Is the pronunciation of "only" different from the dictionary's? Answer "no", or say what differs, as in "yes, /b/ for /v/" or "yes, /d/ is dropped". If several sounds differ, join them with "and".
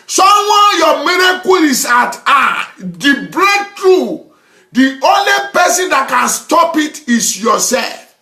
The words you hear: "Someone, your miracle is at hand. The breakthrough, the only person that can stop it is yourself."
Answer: no